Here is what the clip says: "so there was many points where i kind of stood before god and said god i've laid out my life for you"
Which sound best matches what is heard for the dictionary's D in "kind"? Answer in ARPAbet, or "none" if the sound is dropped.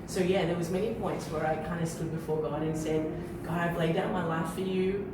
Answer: D